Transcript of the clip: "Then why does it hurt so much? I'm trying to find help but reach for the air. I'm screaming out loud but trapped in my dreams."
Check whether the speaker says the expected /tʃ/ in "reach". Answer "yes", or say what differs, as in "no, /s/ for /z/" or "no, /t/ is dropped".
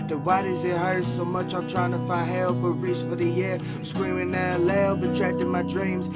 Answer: no, /s/ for /tʃ/